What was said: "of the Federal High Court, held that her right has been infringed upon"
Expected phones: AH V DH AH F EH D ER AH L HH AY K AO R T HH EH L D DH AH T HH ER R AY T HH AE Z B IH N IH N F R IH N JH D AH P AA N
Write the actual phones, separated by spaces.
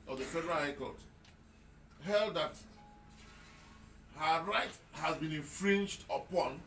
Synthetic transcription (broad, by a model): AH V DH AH F EH D ER AH L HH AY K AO L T HH EH L D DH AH T HH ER R AY T HH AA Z B IH N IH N F R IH N JH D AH P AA N